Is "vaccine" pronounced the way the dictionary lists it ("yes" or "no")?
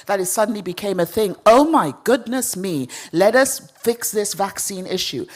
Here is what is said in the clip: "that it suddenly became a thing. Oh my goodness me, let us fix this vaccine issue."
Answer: yes